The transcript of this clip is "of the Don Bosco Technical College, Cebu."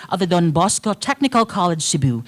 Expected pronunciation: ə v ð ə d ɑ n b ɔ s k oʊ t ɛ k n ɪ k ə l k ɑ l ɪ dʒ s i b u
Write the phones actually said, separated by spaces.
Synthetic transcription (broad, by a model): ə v ð ə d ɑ n b ɔ s k oʊ t ɛ k n ɪ k ə l k ɑ l ɪ dʒ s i b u